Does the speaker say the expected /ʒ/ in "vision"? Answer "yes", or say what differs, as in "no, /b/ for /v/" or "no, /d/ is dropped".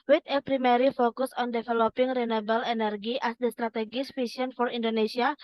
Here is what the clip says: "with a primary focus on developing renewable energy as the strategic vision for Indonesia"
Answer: no, /s/ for /ʒ/